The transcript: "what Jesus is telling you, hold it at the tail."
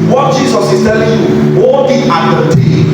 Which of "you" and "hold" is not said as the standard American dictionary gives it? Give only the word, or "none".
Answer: hold